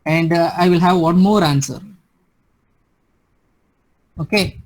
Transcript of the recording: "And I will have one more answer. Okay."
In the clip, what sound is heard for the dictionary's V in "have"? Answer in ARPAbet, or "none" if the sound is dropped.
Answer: V